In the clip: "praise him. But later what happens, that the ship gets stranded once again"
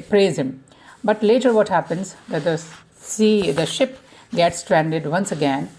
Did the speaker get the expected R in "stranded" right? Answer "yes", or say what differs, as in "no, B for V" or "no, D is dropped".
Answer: yes